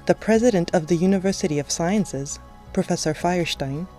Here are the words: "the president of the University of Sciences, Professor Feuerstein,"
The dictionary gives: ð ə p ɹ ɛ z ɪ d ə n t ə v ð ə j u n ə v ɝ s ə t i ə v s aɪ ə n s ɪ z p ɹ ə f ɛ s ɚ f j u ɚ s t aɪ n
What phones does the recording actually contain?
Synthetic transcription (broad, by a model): ð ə p ɹ ɛ z ɪ d ə n t ə v ð ə j u n ə v ɝ s ə t i ə v s aɪ ə n s ɪ z p ɹ ə f ɛ s ɚ f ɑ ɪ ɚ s t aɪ n